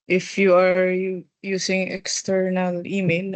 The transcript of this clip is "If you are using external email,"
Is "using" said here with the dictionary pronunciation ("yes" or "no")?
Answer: no